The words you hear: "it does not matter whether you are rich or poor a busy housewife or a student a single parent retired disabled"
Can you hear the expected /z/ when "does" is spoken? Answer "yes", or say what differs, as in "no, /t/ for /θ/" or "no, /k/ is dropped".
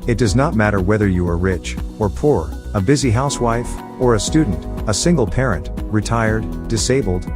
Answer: yes